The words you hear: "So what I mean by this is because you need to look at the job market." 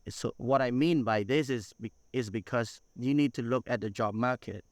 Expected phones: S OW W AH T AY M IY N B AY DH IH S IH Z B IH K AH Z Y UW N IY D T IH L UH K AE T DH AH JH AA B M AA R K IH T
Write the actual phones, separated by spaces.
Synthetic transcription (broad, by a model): S OW W AH T AY M IY N B AY DH IH S IH Z B IH K AH Z Y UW N IY D T IH L UH K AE T DH AH JH AA B M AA R K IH T